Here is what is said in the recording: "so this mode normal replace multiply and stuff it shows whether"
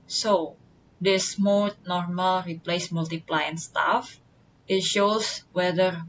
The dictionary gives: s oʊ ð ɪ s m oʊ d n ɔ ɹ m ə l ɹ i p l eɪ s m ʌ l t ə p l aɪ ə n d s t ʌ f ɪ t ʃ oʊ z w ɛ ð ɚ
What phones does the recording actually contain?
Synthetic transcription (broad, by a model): s oʊ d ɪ s m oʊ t n ɔ ɹ m ə l ɹ i p l eɪ s m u l t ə p l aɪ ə n s t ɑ f ɪ t ʃ oʊ s w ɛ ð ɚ